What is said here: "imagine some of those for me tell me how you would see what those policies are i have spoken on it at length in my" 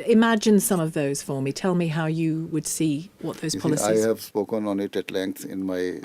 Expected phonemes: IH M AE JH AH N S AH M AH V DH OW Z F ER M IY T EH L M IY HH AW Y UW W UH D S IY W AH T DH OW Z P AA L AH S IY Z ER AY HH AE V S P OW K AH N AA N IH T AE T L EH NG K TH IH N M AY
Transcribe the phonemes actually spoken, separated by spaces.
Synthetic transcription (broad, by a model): IH M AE JH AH N S AH M AH V DH OW Z F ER M IY T EH L M IY HH AW Y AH W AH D S IY W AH T DH OW Z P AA L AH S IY IY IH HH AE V S P OW K AH N AA N IH T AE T L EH NG K S IH N M AY